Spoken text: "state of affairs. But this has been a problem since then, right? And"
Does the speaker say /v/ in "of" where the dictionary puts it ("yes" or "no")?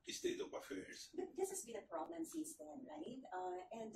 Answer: no